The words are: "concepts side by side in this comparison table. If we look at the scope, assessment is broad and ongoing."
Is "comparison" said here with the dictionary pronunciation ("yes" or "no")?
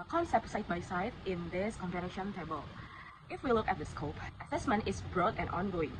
no